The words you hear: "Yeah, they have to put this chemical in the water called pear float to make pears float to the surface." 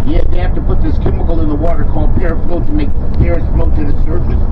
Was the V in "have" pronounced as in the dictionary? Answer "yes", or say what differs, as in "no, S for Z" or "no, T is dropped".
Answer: no, F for V